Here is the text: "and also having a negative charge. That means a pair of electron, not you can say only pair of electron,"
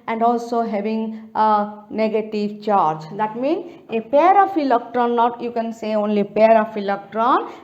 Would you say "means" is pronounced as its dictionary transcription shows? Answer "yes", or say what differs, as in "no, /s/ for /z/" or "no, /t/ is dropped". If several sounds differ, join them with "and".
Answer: no, /z/ is dropped